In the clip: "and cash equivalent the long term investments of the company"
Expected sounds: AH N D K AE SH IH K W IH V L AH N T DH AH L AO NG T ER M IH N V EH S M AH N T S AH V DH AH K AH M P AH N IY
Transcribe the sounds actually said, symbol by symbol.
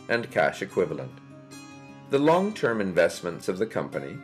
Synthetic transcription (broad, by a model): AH N K AE SH IH K W IH V L AH N T DH AH L AO NG T ER M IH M V EH S M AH N T S AH V DH AH K AH M P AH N IY